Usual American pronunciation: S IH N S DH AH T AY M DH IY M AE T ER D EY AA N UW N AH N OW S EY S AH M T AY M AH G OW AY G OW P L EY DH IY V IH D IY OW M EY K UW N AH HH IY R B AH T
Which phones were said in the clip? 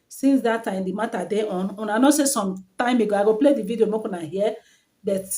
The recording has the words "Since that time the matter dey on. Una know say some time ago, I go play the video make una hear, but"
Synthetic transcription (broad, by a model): S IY N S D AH T AY M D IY M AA T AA D EY AA N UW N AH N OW S EY S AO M T AY M AH G OW AY G OW P L EY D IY V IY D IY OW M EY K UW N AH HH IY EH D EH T